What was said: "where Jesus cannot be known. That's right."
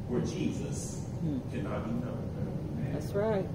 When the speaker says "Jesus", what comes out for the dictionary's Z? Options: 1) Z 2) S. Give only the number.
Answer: 1